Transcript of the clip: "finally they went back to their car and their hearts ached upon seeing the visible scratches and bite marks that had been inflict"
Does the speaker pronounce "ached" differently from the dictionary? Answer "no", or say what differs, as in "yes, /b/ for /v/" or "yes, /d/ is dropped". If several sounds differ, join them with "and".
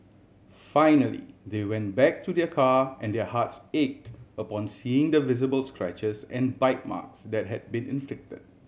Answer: no